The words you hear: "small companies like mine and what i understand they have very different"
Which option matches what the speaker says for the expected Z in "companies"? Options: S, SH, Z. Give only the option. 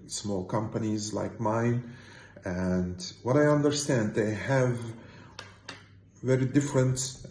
Z